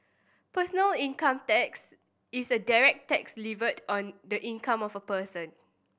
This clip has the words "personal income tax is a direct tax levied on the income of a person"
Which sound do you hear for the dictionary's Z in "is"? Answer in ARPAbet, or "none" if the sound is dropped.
S